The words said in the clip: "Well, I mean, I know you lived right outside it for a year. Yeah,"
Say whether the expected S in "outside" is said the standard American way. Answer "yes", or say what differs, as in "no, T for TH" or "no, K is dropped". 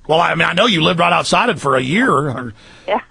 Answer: yes